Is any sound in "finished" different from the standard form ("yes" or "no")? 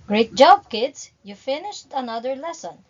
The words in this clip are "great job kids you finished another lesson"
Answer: no